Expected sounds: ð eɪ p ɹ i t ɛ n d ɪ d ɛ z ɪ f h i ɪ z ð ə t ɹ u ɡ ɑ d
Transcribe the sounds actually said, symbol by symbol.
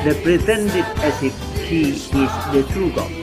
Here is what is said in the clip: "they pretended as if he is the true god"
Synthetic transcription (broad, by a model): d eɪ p ɹ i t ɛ n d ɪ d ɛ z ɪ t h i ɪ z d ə t ɹ u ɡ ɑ